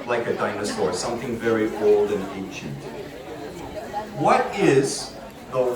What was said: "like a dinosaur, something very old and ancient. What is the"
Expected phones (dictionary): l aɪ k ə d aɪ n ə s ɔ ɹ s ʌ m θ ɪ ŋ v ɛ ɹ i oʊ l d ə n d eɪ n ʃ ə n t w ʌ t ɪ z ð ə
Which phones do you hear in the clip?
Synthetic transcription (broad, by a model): l aɪ k ə d aɪ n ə s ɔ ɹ s ʌ m θ ɪ ŋ v ɛ ɹ i oʊ l d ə n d eɪ n ʃ ə n t w ʌ t ɪ z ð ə